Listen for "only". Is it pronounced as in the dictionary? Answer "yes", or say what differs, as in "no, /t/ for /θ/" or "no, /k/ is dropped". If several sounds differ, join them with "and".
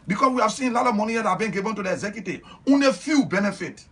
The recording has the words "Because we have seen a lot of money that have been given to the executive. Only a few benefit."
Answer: no, /l/ is dropped